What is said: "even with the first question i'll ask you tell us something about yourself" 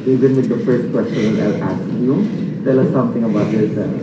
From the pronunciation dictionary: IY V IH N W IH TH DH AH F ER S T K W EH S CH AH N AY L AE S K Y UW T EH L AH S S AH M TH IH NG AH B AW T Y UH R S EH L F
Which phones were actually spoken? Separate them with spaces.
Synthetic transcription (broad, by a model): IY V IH N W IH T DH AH F ER S T K W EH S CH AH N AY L AE S K Y UW T EH L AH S S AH M T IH NG AH B AW T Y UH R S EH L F